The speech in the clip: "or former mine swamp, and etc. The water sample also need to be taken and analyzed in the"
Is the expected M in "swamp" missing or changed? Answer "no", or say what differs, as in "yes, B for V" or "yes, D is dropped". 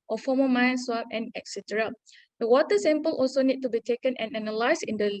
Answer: yes, M is dropped